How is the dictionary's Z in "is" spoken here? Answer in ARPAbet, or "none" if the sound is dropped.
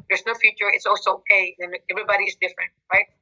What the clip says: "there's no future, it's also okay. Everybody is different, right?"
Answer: Z